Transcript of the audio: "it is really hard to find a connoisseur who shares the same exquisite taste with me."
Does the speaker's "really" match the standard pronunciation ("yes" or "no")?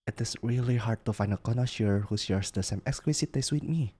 yes